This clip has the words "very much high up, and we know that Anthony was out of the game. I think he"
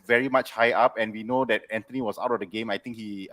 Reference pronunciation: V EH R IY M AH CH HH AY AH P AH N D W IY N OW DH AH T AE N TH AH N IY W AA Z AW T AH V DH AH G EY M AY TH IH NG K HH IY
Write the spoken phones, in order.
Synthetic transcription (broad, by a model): V EH R IY M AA CH HH AY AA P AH N W IY N OW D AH T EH N T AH N IY W AA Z AW T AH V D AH G EY M AY T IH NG K HH IY